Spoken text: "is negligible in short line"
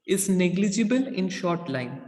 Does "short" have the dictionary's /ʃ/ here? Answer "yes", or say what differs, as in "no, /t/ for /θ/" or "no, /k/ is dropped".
yes